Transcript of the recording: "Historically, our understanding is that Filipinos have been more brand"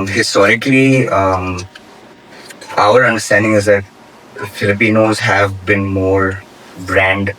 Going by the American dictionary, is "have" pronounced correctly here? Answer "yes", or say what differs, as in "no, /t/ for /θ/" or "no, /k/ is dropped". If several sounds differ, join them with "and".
yes